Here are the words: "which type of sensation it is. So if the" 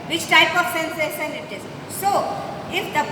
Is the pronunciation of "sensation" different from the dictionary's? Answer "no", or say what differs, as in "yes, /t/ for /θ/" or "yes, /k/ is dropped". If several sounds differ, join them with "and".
yes, /s/ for /ʃ/